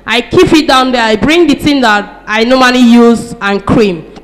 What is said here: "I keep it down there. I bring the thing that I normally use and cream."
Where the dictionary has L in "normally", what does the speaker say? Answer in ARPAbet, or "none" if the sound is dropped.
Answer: N